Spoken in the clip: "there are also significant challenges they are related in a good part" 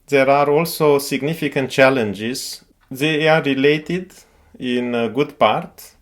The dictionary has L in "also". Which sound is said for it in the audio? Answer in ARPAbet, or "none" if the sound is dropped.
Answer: L